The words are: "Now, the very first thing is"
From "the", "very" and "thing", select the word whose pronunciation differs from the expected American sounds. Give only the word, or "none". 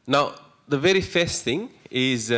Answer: none